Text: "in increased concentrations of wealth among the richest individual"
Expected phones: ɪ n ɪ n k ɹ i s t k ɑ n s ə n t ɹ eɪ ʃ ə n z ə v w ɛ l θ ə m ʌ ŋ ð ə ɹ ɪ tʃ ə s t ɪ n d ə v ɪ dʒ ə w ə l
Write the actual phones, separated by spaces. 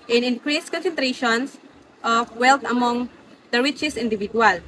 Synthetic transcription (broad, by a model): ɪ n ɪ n k ɹ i s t k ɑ n s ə n t ɹ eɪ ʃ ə n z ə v w ɛ l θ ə m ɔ ŋ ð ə ɹ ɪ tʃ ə s ɪ n d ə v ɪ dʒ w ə l